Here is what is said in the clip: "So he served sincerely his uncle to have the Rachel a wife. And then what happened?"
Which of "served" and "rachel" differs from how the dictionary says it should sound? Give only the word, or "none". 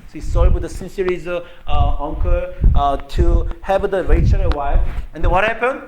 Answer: served